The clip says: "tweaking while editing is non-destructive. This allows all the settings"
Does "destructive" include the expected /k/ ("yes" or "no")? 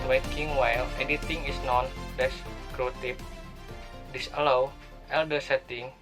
no